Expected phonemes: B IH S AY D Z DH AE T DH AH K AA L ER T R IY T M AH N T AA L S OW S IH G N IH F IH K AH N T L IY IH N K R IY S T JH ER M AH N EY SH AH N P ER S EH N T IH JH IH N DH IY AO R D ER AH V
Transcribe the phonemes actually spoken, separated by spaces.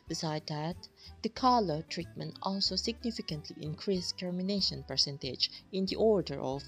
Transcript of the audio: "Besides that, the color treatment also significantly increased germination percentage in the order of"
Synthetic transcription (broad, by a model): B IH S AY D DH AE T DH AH K AA L ER T R IY T M AH N T AA L S OW S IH G N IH F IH K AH N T L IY IH N K R IY S T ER M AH N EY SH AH N P ER S EH N T IH JH IH N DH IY AO R D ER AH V